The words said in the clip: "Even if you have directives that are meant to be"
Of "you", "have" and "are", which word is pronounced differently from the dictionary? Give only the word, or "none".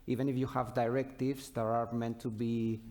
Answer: none